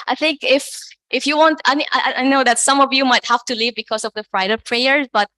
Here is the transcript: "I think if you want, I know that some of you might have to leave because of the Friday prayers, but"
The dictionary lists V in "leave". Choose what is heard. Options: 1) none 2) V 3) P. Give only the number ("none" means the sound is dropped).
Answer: 2